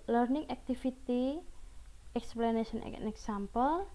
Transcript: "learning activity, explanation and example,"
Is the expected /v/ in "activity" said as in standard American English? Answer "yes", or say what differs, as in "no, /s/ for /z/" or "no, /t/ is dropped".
no, /f/ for /v/